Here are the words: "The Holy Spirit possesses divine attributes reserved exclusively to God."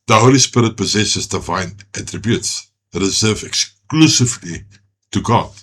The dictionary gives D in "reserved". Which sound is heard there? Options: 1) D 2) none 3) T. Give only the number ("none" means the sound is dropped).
2